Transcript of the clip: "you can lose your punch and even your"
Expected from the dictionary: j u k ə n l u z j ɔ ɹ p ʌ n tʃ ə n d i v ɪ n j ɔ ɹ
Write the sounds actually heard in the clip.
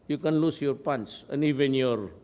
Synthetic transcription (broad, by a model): j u k ə n l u s j ɔ ɹ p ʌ n s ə n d i v ɪ n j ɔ ɹ